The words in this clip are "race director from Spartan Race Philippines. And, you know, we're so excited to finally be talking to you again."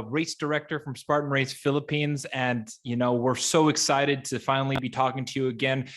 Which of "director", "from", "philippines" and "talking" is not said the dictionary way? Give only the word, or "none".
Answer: none